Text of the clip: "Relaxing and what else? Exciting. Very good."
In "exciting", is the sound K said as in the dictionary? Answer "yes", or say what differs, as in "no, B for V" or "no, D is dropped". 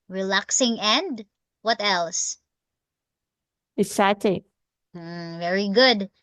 no, K is dropped